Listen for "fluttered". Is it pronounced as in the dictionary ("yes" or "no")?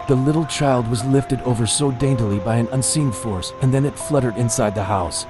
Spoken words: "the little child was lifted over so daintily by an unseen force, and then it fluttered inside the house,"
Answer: yes